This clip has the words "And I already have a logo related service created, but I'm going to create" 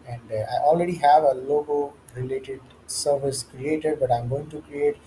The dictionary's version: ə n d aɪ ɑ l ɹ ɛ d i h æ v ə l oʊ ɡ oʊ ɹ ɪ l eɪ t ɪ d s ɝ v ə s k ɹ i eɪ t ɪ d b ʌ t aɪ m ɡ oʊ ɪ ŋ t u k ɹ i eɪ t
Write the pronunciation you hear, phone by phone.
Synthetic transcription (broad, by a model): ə n d aɪ ɑ l ɹ ɛ d i h æ v ə l oʊ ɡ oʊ ɹ ɪ l eɪ t ɪ d s ɝ v ə s k ɹ i eɪ t ɪ d b ʌ t aɪ m ɡ oʊ ɪ ŋ t u k ɹ i eɪ t